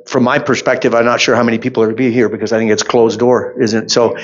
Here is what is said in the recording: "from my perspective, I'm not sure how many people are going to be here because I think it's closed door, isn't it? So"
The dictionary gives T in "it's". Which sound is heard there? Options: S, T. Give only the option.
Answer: T